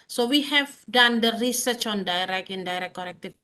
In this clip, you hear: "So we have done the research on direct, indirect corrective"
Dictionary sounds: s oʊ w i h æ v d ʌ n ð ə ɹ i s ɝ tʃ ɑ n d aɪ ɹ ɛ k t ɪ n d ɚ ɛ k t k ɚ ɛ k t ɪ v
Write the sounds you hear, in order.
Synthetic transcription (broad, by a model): s oʊ w i h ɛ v d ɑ n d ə ɹ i s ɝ tʃ ɑ n d aɪ ɹ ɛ k ɪ n d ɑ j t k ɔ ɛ k t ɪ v